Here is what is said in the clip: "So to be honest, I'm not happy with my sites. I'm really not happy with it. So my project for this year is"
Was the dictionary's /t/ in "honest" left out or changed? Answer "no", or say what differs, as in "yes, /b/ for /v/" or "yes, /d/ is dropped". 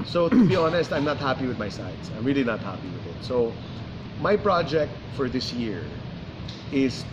no